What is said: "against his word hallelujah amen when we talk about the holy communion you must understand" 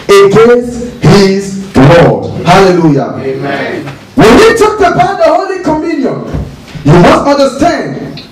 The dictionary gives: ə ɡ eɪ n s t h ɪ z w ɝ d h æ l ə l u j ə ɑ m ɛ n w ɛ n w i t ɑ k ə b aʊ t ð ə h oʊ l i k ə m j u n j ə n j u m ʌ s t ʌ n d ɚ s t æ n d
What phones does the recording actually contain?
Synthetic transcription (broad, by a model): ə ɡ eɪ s h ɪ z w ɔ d h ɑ l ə l u j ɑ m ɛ w ɛ n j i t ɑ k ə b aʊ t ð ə h oʊ l i k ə m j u n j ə n j u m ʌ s t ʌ n d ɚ s t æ n d